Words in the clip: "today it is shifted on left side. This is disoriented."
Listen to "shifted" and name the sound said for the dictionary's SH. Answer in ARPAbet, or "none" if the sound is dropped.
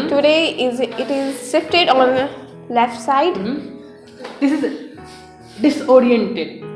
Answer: S